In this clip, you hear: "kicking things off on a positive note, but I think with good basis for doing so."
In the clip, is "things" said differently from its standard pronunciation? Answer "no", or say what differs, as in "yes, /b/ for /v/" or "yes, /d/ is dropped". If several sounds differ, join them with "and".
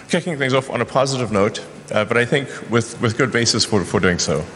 no